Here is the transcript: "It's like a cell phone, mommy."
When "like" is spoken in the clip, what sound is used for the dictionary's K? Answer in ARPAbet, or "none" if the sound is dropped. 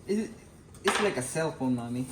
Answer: K